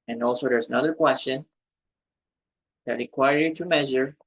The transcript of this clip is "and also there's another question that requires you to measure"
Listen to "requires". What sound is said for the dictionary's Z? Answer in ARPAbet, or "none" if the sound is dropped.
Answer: none